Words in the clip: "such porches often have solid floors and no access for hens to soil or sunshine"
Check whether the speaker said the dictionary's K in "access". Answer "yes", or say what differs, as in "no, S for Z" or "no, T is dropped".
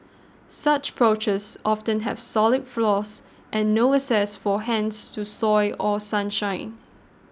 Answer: no, K is dropped